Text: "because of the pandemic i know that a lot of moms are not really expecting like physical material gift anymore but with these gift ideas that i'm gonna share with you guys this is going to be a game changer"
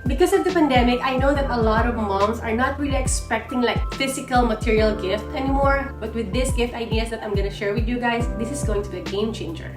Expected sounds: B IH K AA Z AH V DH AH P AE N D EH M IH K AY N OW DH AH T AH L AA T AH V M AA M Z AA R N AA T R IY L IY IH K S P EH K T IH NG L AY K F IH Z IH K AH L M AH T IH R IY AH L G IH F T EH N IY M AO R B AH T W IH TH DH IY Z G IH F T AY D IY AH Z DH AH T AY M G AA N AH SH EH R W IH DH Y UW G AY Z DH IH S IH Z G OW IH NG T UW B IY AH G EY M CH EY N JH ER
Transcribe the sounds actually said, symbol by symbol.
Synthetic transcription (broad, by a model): B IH K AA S AH V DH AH P AE N D EH M IH K AY N OW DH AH T AH L AA T AH V M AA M S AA R N AA T R IY L IY IH K S P EH K T IH NG L AY K F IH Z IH K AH L M AH T IH R IY AH L G IH F T EH N IY M AO R B AH T W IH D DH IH S G IH F T AY D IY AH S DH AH T AY M G AA N AH SH EH R W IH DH Y UW G AY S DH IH S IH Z G OW IH NG T UW B IY AH G EY M CH EY N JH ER